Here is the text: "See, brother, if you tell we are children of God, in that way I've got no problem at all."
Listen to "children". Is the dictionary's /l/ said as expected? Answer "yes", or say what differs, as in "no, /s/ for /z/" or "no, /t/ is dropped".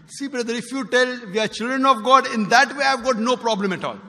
yes